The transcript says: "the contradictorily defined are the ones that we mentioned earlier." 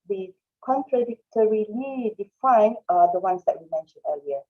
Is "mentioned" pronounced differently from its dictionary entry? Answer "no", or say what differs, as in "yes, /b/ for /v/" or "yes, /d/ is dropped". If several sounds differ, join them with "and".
yes, /d/ is dropped